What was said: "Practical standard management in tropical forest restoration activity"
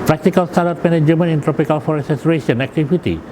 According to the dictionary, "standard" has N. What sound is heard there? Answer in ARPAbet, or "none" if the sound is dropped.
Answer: none